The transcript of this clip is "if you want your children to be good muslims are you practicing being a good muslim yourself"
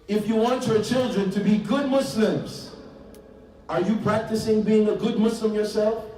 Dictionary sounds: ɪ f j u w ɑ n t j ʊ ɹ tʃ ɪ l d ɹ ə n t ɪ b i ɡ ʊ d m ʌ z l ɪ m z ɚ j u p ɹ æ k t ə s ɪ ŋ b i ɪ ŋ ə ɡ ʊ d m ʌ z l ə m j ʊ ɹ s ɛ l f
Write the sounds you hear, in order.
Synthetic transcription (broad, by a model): ɪ f j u w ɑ n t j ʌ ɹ tʃ ɪ l d ɹ ə n t ɪ b i ɡ ʊ d m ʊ s l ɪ m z ɚ j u p ɹ æ k t ə s ɪ ŋ b i ɪ ŋ ə ɡ ʊ d m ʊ s l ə m j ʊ ɹ s ɛ l f